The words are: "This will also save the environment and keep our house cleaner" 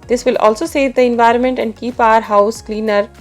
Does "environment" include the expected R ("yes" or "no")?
yes